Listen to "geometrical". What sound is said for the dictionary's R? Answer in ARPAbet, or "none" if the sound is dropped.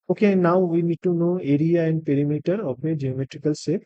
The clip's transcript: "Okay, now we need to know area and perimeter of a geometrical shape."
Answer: R